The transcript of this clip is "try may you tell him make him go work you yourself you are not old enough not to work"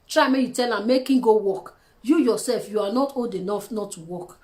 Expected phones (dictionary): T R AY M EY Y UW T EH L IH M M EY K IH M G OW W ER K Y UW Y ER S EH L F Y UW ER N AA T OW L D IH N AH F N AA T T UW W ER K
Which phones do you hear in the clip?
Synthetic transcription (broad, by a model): T R AY M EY Y UW T EH L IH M M EY K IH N G OW W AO K Y UW Y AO S EH L F Y UW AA N AA T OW D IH N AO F N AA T T UW W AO K